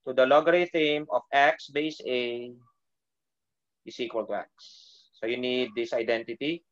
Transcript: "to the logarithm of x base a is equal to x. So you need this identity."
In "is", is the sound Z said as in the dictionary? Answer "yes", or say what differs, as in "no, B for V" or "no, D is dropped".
no, S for Z